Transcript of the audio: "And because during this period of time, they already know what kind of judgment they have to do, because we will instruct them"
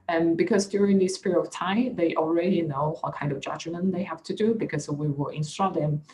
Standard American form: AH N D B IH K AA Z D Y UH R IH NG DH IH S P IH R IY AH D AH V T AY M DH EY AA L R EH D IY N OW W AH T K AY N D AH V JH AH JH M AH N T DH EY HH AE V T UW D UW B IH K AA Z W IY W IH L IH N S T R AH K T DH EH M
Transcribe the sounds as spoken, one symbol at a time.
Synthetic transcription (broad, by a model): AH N B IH K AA S D Y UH R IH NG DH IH S P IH R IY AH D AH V T AY M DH EY AA L R EH D IY N OW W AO T K AY N D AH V JH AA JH M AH N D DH EY HH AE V T UW D UW B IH K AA S W IY W IH L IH N S T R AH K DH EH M